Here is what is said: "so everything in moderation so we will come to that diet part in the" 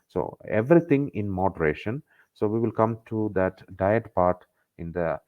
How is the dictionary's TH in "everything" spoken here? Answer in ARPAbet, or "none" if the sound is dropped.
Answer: T